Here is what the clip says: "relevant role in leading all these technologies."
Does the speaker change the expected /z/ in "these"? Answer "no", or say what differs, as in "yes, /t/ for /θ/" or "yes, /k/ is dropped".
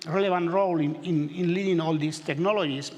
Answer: yes, /s/ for /z/